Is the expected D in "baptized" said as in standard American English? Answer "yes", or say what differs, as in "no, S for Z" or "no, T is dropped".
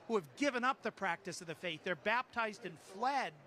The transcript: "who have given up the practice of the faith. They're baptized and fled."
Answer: yes